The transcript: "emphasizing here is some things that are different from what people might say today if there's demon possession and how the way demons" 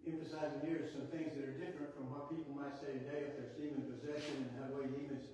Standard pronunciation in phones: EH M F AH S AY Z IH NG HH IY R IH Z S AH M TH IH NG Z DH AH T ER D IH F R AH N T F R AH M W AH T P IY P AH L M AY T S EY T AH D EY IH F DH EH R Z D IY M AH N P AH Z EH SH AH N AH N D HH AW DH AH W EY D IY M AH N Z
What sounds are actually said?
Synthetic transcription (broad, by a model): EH M F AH S AY Z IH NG HH IY R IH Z S AH M TH IH NG Z DH AH T ER D IH F R AH N T F R AH M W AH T P IY P L M AY T S EY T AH D EY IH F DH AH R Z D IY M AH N P AH Z EH SH AH N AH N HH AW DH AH W EY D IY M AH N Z